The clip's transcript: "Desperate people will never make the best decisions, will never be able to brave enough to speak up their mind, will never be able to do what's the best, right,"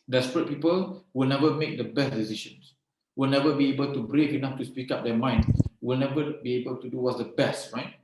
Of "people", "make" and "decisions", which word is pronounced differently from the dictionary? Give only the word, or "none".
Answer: decisions